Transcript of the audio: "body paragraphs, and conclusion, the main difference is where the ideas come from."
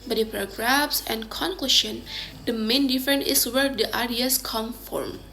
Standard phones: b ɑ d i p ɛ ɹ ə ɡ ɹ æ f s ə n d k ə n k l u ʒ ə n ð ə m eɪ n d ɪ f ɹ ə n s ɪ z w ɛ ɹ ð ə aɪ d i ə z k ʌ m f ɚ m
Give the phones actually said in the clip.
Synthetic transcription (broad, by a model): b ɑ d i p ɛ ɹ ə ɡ ɹ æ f s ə n k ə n k l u ʃ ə n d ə m eɪ n d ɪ f ɹ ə n ɪ s w ɛ ɹ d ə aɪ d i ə s k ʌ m f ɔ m